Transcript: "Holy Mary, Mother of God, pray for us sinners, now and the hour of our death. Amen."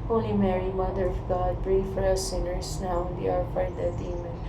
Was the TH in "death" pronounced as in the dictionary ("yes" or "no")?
no